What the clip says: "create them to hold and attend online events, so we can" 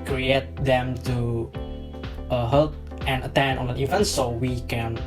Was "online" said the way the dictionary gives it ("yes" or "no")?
no